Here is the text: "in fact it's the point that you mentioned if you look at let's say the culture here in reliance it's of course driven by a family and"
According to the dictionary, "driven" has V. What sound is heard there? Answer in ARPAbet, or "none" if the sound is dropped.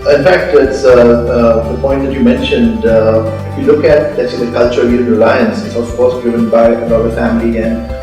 none